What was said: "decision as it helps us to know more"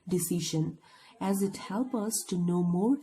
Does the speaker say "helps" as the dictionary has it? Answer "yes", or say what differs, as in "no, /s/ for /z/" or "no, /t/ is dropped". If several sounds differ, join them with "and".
no, /s/ is dropped